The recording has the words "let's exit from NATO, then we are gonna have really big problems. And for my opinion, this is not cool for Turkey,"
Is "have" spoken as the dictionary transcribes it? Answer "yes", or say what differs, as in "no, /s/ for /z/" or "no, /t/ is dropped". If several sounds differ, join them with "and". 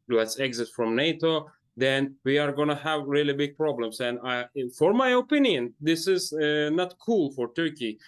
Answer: yes